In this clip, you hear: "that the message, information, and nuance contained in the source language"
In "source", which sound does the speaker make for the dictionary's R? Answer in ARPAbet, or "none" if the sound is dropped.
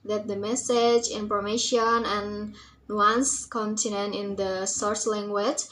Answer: R